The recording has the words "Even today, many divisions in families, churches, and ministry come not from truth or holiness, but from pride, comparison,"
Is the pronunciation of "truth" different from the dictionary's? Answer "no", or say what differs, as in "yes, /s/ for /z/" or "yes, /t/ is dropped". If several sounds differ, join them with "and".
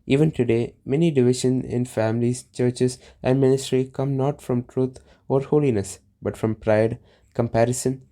yes, /t/ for /θ/